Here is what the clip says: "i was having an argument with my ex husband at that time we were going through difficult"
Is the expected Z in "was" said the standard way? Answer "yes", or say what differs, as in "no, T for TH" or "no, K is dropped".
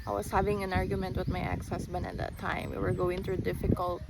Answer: no, S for Z